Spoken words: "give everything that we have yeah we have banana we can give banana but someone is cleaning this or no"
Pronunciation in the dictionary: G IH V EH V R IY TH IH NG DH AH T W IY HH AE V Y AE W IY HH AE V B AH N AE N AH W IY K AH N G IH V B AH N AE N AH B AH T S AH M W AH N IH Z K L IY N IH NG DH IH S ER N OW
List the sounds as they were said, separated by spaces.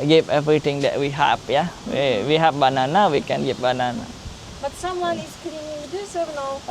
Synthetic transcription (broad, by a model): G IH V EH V R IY T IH NG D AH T W IY HH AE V Y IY W IY HH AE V B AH N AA N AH W IY K AH N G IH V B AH N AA N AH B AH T S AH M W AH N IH S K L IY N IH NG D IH S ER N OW